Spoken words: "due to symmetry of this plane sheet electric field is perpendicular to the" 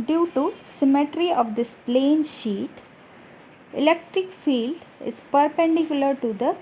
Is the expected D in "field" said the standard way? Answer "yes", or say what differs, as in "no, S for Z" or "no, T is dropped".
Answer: yes